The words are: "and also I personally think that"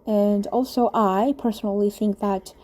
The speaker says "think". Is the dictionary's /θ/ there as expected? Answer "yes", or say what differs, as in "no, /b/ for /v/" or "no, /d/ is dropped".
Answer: yes